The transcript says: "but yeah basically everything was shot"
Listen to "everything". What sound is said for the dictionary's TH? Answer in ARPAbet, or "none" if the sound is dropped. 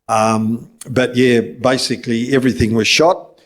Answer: TH